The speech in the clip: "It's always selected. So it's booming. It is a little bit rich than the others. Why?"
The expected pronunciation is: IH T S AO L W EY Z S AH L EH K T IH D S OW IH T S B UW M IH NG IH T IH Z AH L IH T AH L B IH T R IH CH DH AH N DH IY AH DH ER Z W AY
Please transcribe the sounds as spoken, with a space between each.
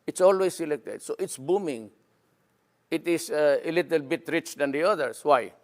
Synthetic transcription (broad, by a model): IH T S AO L W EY S AH L EH K T IH D S OW IH T S B UW M IH NG IH T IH S AH L IH T AH L B IH T R IH CH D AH N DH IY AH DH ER S W AY